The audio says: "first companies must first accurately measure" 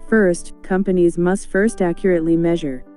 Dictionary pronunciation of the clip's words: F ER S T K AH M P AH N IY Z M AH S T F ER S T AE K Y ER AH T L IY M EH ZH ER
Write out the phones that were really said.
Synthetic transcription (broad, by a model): F ER S T K AH M P AH N IY Z M AH S T F ER S T AE K Y ER AH T L IY M EH ZH ER